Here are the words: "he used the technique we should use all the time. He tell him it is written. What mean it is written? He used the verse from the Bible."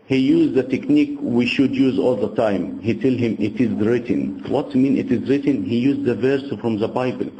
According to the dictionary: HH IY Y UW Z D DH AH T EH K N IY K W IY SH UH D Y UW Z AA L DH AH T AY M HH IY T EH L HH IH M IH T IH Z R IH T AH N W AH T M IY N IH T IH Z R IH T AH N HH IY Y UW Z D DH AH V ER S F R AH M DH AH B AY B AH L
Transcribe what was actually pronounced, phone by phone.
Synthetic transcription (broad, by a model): HH IY Y UW Z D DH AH T EH K N IY K W IY SH UH D Y UW Z AA L DH AH T AY M HH IY T EH L HH IH M IH T IH Z R IH T AH N W AH T M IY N IH T IH Z R IH T AH N HH IY Y UW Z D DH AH V ER S F R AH M DH AH B AY B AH L